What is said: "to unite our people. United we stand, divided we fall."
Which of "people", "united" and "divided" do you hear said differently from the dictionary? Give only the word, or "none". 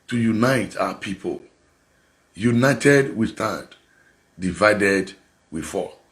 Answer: none